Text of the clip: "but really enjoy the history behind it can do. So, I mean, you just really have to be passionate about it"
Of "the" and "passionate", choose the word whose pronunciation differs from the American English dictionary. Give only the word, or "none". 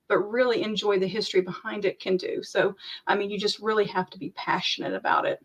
none